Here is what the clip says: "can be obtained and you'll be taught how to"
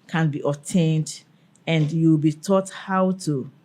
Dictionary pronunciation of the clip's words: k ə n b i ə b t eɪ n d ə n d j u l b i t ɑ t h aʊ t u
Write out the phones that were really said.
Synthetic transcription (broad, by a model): k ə n b i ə t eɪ n d ə n d j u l b i t ɑ t h aʊ t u